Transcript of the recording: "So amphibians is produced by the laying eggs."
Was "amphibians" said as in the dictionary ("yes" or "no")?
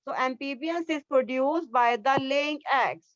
no